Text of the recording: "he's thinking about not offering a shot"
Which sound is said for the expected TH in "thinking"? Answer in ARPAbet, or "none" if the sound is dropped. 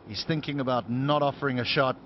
TH